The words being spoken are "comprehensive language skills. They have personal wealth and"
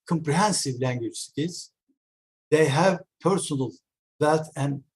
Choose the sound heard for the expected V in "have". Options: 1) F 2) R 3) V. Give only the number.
3